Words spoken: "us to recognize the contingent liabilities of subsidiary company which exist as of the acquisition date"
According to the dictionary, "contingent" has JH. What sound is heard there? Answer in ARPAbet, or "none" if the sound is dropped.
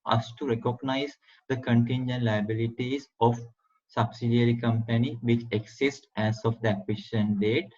JH